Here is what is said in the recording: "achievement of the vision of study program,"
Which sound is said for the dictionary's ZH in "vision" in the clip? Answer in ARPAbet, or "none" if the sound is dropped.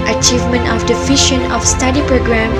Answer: SH